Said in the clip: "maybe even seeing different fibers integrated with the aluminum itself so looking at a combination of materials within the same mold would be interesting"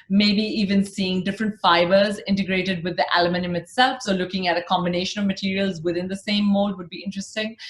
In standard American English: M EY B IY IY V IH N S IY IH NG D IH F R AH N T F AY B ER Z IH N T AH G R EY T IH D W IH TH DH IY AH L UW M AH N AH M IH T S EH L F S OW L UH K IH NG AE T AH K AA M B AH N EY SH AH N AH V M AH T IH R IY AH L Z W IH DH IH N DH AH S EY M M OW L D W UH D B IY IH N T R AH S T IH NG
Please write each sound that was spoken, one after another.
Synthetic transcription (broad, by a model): M EY B IY IY V IH N S IY IH NG D IH F R AH N T F AY B ER Z IH N T AH G R EY T IH D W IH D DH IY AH L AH M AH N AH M IH T S EH L F S OW L UH K IH NG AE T AH K AA M B AH N EY SH AH N AH V M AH T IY R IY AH L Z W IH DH IH N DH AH S EY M M OW L D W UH D B IY IH N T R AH S T IH NG